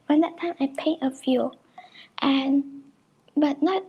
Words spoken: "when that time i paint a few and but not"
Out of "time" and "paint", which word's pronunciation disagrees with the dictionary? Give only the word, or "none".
paint